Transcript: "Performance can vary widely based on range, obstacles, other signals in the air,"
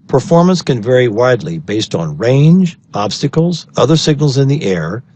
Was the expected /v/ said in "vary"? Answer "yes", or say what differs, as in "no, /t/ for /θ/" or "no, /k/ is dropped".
yes